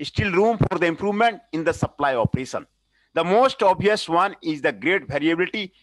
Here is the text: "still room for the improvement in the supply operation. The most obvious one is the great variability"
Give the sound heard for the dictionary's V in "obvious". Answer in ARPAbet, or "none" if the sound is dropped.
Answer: none